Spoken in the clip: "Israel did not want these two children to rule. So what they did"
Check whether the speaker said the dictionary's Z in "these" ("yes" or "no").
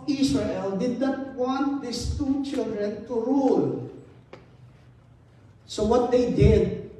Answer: no